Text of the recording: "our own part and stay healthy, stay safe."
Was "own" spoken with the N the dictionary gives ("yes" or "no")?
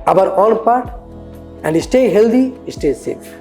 no